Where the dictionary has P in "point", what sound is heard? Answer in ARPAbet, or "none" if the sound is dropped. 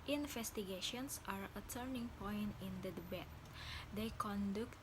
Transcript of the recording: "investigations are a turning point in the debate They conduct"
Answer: P